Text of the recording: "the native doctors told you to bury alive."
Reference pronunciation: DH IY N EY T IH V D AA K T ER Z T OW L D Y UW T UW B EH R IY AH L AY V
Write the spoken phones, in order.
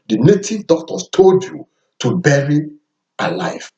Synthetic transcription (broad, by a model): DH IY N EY T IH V D AA K T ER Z T OW L D Y UW T UW B EH R IY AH L AY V